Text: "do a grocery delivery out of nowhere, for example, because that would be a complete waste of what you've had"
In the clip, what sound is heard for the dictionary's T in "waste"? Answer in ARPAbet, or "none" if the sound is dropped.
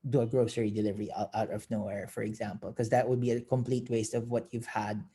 T